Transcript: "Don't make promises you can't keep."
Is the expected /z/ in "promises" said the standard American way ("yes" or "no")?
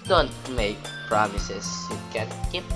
no